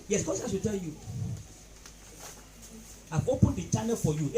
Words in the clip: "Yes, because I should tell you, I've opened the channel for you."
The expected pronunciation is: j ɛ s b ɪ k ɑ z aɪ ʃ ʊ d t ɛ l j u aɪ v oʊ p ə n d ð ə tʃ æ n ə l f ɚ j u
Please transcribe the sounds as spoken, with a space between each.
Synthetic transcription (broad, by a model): j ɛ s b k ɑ s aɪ s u t ɛ l j u aɪ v oʊ p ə n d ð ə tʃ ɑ n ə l f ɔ j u